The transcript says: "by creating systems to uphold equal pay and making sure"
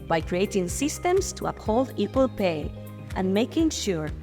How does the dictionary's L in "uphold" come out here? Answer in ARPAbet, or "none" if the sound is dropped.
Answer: L